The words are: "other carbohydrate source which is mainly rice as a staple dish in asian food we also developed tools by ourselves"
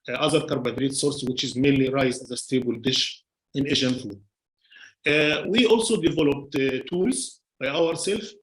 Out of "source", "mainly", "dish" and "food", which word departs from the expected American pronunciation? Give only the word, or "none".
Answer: none